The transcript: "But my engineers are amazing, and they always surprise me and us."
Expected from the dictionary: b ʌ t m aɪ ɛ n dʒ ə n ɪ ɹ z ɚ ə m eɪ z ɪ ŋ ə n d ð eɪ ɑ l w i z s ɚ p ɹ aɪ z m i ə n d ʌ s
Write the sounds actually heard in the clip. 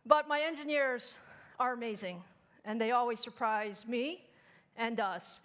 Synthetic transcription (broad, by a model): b ʌ t m aɪ ɛ n dʒ ə n ɪ ɹ z ɚ ə m eɪ z ɪ ŋ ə n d ð eɪ ɑ l w i z s ɚ p ɹ aɪ z m i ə n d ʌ s